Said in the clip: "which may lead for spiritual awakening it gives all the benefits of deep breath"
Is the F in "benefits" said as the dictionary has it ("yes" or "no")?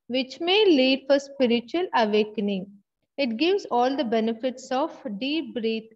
yes